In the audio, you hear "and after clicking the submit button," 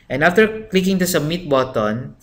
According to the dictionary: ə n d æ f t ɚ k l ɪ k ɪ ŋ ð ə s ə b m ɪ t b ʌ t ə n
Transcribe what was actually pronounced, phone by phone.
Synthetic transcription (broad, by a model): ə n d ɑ f t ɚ k l ɪ k ɪ ŋ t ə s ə m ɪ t b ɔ t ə n